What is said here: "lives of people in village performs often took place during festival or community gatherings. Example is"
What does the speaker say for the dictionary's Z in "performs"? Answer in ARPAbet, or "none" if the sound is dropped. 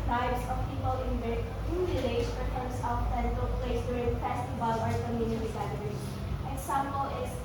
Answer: S